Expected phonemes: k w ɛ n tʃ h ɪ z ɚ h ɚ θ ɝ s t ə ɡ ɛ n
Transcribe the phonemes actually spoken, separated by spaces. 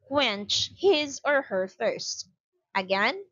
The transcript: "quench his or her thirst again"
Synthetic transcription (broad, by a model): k w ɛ n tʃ h ɪ z ɚ h ɚ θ ɝ s t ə ɡ ɛ n